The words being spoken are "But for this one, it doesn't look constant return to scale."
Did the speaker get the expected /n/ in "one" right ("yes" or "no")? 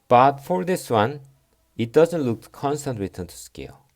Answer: yes